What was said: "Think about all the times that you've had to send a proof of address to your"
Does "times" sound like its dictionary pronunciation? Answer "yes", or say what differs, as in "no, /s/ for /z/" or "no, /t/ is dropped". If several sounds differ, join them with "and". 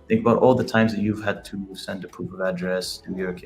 yes